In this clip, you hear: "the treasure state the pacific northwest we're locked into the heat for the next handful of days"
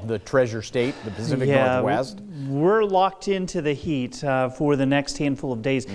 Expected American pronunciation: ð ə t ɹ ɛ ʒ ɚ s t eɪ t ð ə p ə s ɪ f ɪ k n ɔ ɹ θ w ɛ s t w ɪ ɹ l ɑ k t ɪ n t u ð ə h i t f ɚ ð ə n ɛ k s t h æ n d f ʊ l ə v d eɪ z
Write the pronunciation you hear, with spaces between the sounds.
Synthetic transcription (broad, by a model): ð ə t ɹ ɛ ʒ ɚ s t eɪ t ð ə p ə s ɪ f ɪ k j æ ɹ w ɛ s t w ɪ ɹ l ɑ k t ɪ n t u ð ə h i t f ɚ ð ə n ɛ k s t h æ n d f ʊ l ə v d eɪ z